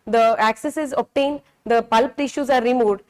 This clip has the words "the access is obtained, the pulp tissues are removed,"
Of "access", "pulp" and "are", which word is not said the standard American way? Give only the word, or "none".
none